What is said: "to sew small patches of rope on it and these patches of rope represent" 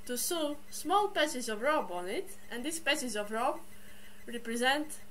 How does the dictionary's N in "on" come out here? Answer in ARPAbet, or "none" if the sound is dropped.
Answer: N